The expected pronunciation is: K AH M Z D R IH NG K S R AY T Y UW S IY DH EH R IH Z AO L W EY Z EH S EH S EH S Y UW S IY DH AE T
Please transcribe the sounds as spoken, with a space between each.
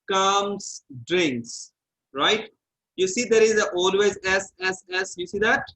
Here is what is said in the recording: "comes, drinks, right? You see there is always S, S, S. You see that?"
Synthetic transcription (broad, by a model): K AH M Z D R IH NG K S R AY T Y UW S IY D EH R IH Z AO L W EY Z EH S EH S EH S Y UW S IY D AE T